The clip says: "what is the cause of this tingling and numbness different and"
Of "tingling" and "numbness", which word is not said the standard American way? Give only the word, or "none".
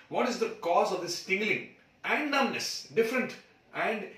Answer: numbness